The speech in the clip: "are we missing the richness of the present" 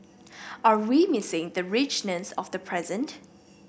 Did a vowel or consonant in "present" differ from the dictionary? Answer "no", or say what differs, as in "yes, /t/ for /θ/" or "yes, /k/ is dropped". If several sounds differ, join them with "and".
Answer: no